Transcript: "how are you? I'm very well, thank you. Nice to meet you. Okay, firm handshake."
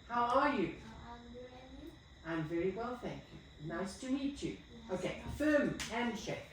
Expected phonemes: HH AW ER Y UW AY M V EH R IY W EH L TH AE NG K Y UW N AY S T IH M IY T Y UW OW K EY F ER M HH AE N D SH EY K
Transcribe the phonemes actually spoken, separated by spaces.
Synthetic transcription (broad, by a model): HH AW ER Y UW AY M V EH R IY W EH L TH AE NG K Y UW N AY S T IH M IY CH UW OW K EY F ER M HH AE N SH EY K